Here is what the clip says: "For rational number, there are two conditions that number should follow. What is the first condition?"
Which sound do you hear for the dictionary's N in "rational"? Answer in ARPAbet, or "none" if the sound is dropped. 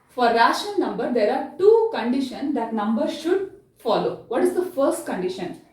none